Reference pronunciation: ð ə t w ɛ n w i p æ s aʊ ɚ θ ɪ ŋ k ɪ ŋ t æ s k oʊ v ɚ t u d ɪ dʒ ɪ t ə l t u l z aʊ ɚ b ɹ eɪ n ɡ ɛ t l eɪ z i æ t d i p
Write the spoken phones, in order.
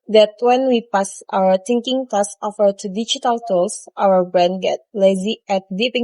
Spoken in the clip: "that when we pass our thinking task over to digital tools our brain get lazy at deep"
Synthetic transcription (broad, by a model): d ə t w ɛ n w i p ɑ s aʊ ɚ t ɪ ŋ k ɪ ŋ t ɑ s oʊ f ɚ t u d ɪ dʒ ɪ t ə l t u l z aʊ ɚ b ɹ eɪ n ɡ ɛ t l eɪ z i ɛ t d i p